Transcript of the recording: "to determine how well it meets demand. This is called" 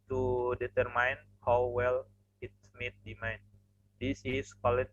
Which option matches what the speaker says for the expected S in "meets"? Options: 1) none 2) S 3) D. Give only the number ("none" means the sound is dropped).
1